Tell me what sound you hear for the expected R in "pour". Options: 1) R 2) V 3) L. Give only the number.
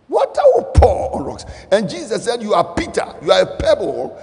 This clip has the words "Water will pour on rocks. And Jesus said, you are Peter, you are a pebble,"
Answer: 3